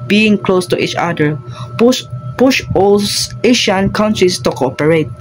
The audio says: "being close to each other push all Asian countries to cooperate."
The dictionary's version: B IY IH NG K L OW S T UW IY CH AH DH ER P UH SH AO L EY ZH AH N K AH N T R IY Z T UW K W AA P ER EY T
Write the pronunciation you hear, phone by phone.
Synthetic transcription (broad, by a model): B IY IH NG K L OW S T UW IY CH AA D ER P UH SH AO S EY SH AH N K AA N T R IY S T UW K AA P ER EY T